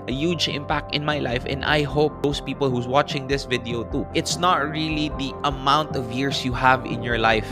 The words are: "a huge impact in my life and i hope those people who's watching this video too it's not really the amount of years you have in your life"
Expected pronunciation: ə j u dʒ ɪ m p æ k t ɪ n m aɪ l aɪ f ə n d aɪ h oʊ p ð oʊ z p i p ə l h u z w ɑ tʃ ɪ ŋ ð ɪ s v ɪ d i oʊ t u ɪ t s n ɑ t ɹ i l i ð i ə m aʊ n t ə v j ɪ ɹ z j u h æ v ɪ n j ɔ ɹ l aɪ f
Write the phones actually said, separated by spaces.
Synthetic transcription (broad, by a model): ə j u dʒ ɪ m p æ k t ɪ n m aɪ l aɪ f ə n d aɪ h oʊ p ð oʊ s p i p ə l h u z w ɑ tʃ ɪ ŋ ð ɪ s v ɪ d i oʊ t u ɪ t s n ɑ t ɹ i l i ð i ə m aʊ n t ə v j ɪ ɹ s j u h æ v ɪ n j ɔ ɹ l aɪ f